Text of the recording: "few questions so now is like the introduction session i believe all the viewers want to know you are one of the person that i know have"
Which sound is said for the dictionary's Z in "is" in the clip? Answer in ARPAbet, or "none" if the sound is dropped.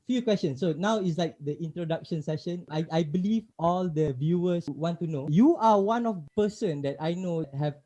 S